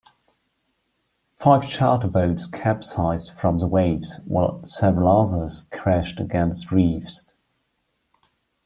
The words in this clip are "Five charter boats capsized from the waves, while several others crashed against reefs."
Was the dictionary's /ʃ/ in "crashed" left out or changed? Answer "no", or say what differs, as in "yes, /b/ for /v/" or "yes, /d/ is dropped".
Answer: no